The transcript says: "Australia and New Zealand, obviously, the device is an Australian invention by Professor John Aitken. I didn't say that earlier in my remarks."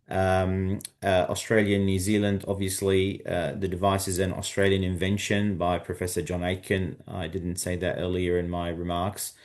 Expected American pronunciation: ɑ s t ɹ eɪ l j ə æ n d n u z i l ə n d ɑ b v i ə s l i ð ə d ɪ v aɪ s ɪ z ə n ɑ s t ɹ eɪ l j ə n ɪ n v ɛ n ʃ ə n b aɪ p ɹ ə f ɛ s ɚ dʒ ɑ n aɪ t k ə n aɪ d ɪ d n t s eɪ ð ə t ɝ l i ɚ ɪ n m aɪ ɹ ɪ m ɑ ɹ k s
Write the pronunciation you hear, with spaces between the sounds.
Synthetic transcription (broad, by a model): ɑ s t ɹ eɪ l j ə n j u z i l ə n d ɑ b v i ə s l i ð ə d ɪ v aɪ s ɪ z ə n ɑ s t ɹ eɪ l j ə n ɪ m v ɛ n ʃ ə n b aɪ p ɹ ə f ɛ s ɚ dʒ ɑ n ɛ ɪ k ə n aɪ d ɪ d n t s eɪ ð ə t ɝ l i ɚ ɪ n m aɪ ɹ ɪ m ɑ ɹ k s